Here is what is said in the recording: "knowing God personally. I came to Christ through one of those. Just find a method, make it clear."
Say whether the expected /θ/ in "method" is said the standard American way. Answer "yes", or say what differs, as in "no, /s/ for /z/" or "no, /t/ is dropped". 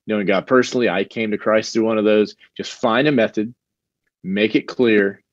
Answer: yes